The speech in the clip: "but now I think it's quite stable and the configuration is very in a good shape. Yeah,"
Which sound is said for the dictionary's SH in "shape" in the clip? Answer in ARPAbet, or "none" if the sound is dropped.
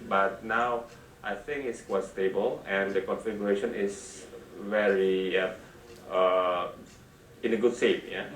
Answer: S